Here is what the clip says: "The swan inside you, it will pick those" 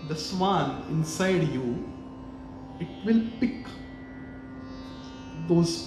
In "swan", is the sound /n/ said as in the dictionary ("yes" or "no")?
no